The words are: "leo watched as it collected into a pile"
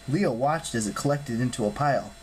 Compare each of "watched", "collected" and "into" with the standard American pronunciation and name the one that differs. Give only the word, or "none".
none